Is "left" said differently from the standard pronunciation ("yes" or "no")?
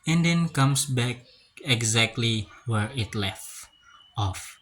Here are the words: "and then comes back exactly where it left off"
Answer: no